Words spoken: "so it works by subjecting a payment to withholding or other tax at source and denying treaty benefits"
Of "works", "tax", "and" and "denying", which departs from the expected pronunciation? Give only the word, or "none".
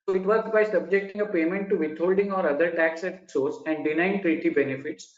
works